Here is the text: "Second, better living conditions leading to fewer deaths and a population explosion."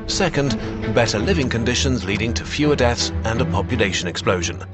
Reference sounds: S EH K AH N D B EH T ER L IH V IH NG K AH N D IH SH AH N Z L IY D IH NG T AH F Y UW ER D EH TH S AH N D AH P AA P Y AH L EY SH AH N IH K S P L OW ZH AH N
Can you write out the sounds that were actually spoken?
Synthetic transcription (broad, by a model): S EH K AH N D B EH T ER L IH V IH NG K AH N D IH SH AH N Z L IY D IH NG T AH F Y UW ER D EH TH S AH N AH P AA P Y AH L EY SH AH N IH K S P L OW ZH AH N